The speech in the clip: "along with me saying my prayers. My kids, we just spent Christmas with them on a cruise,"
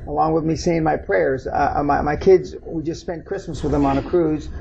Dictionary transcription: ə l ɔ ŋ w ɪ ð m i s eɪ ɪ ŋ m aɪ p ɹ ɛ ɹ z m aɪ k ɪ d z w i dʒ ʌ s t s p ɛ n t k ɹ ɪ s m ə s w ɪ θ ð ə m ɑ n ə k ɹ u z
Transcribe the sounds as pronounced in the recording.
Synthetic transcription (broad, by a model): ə l ɔ ŋ w ɪ ð m i s eɪ ɪ ŋ m aɪ p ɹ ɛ ɹ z m aɪ k ɪ d z w i dʒ ʌ s t s p ɛ n k ɹ ɪ s m ə s w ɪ ð ə m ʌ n ə k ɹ u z